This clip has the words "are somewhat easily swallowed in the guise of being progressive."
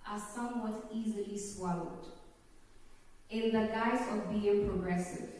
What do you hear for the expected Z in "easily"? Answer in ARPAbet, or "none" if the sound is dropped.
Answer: Z